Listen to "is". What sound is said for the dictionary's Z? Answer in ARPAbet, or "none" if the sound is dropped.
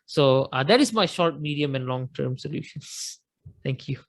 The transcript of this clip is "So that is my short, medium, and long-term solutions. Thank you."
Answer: S